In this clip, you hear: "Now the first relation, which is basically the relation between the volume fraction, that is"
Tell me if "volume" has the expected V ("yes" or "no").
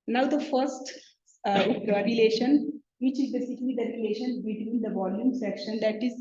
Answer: yes